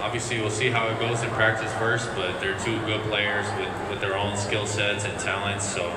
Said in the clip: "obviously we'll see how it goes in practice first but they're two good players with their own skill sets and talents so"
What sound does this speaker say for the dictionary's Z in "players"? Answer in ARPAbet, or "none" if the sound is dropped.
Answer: Z